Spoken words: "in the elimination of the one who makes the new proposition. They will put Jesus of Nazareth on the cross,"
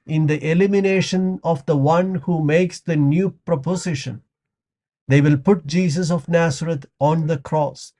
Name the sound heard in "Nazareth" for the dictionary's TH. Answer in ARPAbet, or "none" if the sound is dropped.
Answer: T